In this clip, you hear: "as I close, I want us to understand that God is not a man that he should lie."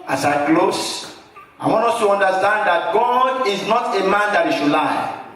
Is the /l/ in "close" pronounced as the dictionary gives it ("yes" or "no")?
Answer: yes